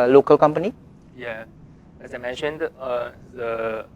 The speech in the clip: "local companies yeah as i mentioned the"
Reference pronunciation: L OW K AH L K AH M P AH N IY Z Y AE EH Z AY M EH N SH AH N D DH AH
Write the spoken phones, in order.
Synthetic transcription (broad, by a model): L OW K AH L K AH M P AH N IY Y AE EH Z AY M EH N SH AH N D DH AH